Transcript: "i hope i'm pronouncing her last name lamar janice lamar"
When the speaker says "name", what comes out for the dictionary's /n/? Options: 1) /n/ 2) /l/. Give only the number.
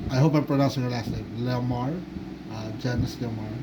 2